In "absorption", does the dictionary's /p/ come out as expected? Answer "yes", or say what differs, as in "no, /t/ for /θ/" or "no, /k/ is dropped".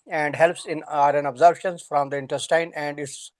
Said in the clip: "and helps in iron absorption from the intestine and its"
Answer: no, /b/ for /p/